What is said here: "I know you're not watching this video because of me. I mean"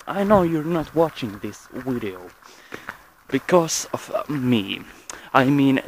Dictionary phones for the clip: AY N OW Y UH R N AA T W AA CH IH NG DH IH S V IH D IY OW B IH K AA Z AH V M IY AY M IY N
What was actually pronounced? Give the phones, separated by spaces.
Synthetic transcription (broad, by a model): AY N OW Y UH R N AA T W AA CH IH NG DH IH S W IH D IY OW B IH K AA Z AH V M IY AY M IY N